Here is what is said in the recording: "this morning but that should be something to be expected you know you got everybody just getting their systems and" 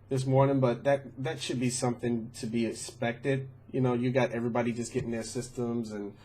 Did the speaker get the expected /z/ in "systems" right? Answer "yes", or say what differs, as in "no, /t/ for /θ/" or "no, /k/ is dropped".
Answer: yes